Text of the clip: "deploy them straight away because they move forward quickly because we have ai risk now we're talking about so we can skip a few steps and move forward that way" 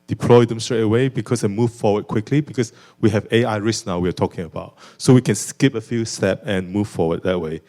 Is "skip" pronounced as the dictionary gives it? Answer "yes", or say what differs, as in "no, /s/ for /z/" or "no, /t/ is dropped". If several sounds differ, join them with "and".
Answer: yes